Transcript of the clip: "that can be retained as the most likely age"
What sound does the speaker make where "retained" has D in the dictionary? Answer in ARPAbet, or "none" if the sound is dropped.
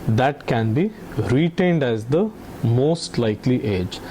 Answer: D